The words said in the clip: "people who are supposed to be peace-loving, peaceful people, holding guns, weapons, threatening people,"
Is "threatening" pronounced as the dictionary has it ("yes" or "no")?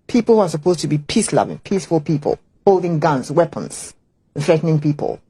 yes